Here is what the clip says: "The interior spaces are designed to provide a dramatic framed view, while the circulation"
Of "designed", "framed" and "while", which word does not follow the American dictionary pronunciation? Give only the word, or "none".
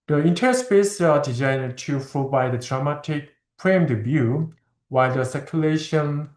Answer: framed